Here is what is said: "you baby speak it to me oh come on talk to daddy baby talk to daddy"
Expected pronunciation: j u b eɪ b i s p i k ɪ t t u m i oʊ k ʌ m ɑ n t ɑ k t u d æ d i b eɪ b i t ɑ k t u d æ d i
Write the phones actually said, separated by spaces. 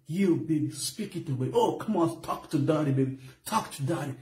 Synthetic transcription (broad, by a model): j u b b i s p i k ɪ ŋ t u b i oʊ k ʌ m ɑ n t ɑ k t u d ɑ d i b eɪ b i t ɑ k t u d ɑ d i